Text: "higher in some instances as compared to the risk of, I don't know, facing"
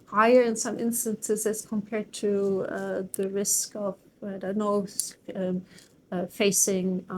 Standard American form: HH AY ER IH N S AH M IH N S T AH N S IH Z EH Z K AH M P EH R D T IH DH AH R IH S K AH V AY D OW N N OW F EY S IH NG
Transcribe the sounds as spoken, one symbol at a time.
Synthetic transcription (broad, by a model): HH AY ER IH N S AH M IH N S T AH N S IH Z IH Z K AH M P EH R D T IH DH AH R IH S K AH V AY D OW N N OW F EY S IH NG